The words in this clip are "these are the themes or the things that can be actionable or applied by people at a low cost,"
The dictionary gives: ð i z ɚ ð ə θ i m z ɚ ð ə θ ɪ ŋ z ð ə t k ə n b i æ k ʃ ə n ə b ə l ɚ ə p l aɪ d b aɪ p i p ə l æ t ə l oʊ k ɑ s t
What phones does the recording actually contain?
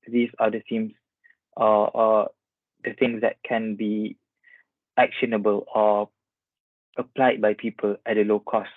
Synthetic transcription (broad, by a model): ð i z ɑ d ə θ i m s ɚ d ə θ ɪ ŋ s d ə t k ə n b i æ k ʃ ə n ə b ə l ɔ ə p l aɪ d b aɪ p i p ə l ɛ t ə l oʊ k ɑ s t